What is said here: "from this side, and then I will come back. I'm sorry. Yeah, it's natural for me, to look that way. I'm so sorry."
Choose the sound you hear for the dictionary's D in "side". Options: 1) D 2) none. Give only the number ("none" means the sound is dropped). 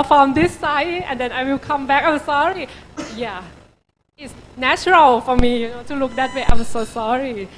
2